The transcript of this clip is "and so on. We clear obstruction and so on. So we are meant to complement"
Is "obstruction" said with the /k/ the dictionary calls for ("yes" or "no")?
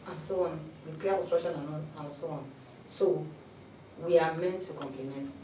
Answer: no